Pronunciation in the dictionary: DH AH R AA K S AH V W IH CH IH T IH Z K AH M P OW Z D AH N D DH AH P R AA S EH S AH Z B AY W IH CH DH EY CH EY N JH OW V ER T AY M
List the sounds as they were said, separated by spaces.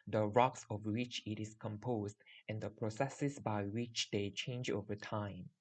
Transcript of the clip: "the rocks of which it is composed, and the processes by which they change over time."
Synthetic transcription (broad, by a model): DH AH R AA K S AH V W IH CH IH T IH S K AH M P OW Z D AH N D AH P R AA S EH S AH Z B AY W IH CH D EY CH EY N JH OW V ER T AY M